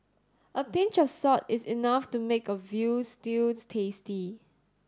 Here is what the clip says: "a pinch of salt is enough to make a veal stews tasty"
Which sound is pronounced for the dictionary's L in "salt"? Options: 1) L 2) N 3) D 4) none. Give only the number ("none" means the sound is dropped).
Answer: 4